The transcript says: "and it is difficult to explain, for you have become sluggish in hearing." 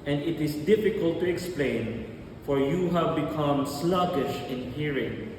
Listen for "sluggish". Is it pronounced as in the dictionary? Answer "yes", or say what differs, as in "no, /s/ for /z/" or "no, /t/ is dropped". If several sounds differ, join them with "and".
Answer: yes